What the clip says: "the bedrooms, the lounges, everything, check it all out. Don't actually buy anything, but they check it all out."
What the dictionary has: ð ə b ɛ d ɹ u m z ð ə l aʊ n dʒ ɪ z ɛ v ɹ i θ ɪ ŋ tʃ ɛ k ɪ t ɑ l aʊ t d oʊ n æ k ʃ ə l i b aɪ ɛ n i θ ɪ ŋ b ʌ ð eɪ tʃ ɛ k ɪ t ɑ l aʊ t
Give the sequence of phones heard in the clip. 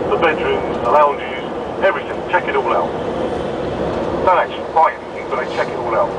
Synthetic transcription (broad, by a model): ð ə b ɛ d ɹ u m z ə l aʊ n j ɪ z ɛ v ɹ i θ ɪ ŋ tʃ ɛ k ɪ t ɑ l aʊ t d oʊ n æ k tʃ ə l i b aɪ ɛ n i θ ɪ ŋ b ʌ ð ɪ tʃ ɛ k ɪ t ɑ l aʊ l